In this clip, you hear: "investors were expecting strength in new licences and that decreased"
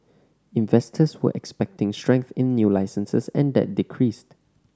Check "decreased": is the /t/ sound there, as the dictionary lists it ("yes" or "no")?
yes